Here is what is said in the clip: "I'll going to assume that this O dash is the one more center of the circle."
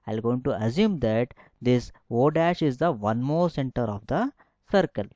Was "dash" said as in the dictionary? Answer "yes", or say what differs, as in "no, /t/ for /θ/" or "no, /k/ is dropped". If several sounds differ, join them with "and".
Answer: yes